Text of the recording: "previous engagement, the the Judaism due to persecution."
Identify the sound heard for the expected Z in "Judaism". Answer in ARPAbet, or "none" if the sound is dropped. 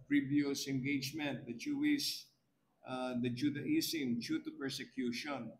S